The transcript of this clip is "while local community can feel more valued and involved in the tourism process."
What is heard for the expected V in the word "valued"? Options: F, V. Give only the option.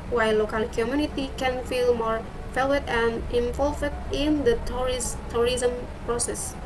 F